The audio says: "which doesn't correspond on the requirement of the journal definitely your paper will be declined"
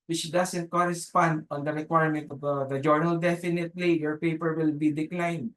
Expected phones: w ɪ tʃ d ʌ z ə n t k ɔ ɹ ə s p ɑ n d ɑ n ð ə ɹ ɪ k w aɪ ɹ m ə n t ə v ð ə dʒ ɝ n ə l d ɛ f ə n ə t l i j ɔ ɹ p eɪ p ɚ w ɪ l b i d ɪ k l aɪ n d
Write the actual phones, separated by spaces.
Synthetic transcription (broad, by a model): w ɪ tʃ d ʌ s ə n t k ɔ ɹ ə s p ɑ n d ɑ n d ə ɹ ɪ k w aɪ ɹ m ə n t ə v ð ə dʒ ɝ n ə l d ɛ f ə n ə t l i j ɔ ɹ p eɪ p ɚ w ɪ l b i d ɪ k l aɪ n d